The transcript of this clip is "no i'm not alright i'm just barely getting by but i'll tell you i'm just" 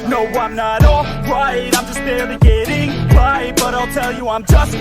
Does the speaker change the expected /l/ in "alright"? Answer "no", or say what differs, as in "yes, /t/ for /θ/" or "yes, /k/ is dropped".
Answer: yes, /l/ is dropped